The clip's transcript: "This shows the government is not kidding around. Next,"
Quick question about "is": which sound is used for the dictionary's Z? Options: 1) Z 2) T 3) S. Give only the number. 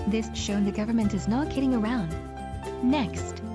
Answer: 1